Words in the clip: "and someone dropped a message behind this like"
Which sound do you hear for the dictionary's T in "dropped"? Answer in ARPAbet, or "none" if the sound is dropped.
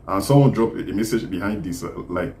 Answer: none